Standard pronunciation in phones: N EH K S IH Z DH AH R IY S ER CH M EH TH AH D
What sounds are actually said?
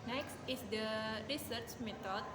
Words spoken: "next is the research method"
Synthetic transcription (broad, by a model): N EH K S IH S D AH R IY S ER CH M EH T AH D